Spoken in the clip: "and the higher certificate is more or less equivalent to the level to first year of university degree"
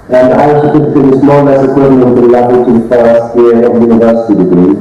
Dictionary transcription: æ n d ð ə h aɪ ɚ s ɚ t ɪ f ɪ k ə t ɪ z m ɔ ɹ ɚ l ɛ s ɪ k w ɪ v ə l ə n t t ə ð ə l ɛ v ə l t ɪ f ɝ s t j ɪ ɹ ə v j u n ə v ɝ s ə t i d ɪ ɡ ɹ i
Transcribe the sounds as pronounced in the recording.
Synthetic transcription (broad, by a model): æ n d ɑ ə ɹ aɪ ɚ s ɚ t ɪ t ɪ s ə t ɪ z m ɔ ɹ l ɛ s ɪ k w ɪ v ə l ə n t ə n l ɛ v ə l t ɪ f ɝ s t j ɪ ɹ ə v j u n ə v ɝ s ə t i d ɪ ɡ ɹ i